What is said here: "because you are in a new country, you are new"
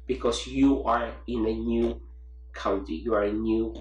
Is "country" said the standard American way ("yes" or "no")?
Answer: no